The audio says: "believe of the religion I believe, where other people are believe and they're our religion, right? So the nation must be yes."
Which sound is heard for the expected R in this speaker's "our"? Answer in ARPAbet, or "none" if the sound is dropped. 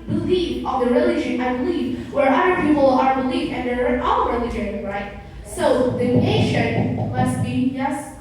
L